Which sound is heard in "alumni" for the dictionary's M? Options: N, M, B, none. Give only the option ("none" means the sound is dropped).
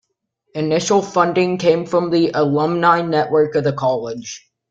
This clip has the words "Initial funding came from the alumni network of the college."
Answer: M